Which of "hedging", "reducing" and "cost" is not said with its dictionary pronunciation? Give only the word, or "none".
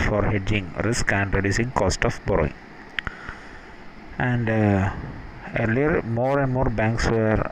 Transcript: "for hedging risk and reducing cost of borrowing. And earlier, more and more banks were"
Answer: none